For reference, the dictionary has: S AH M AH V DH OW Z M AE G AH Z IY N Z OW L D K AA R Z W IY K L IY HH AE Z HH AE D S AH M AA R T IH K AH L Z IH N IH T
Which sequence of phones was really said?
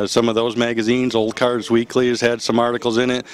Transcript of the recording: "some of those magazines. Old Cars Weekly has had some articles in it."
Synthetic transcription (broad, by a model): S AH M AH V DH OW Z M AE G AH Z IY N Z OW L D K AA R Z W IY K L IY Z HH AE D S AH M AA R T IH K L Z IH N IH T